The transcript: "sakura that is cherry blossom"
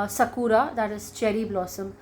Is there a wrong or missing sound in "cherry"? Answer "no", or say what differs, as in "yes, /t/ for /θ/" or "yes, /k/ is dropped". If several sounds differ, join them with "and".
no